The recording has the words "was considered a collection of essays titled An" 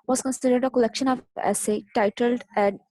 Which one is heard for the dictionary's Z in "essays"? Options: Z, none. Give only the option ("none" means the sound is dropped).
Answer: none